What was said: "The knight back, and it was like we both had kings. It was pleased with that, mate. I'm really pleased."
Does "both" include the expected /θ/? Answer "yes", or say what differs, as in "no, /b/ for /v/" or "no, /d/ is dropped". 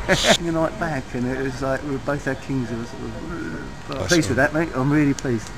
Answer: yes